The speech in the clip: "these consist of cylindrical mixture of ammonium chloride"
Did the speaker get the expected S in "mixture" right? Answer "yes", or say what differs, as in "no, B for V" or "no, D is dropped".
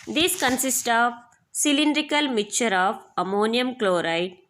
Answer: no, S is dropped